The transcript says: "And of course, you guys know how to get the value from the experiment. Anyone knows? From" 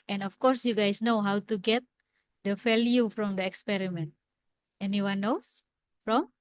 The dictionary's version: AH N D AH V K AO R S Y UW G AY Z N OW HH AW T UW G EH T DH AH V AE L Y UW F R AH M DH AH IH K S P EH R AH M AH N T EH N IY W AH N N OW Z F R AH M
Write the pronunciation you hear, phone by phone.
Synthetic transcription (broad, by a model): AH N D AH F K AO R S Y UW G AY S N OW HH AW T UW G EH T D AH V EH L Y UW F R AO M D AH IH K S P EH R AH M AH N T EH N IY W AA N N OW S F R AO M